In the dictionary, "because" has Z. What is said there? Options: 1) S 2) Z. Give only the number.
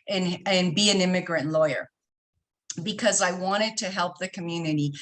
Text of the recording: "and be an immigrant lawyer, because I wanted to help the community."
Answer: 2